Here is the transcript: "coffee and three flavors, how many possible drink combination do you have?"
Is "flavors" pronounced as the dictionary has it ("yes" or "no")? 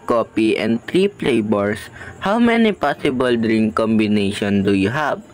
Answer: no